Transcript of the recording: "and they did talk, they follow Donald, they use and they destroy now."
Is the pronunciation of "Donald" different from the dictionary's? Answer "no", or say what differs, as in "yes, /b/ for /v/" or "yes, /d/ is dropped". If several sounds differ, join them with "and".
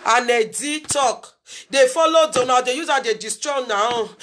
yes, /l/ is dropped